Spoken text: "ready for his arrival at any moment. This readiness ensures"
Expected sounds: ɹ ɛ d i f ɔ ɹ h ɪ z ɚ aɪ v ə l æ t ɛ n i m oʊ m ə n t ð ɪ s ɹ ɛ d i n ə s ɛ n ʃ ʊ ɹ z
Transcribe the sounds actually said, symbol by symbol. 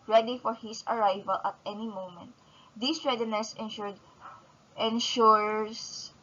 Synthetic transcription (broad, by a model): ɹ ɛ d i f ɔ ɹ h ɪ s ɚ aɪ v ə l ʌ t ɛ n i m oʊ m ə n t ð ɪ s ɹ ɛ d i n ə s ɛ n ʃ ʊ ɹ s